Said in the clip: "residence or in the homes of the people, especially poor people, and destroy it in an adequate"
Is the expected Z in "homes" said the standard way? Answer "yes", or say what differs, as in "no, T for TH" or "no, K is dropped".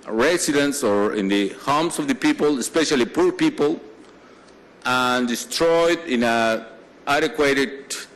no, S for Z